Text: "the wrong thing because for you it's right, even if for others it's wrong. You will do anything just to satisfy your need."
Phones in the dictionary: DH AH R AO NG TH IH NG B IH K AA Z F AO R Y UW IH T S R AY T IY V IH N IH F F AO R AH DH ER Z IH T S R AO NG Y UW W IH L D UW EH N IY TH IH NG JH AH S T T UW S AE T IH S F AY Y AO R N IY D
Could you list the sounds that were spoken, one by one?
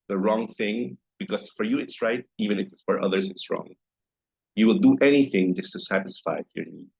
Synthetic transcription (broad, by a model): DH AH R AO NG TH IH NG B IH K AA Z F AO R Y UW IH T S R AY T IY V IH N IH F F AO R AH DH ER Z IH T S R AO NG Y UW W IH L D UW EH N IY TH IH NG JH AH S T T UW S AE T IH S F AY Y AO R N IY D